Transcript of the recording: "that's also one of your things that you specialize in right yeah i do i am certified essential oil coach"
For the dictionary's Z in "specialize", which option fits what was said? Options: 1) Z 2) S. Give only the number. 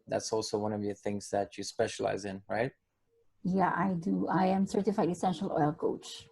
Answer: 1